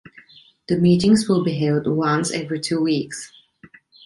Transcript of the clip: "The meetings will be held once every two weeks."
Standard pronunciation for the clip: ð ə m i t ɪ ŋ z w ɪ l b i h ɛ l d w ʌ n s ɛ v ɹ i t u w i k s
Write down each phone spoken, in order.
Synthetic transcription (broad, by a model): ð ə m i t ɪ ŋ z w ɪ l b i h ɛ l d w ʌ n s ɛ v ɹ i t u w i k s